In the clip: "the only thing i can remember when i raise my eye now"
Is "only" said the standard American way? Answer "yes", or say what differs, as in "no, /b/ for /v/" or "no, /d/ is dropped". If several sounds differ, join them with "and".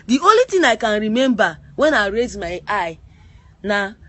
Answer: no, /n/ is dropped